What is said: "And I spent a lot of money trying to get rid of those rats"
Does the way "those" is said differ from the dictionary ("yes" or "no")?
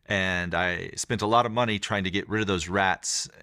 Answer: no